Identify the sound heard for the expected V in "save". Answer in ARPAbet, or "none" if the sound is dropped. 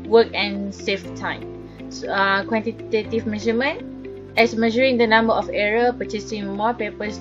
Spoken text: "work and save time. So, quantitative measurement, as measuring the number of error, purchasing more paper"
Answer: F